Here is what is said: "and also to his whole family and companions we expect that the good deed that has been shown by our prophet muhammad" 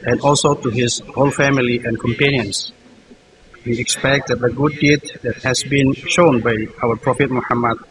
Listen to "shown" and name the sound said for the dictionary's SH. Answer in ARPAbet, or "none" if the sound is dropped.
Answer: SH